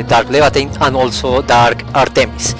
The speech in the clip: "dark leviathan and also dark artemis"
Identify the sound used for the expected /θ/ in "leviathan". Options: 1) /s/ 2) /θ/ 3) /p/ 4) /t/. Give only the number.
4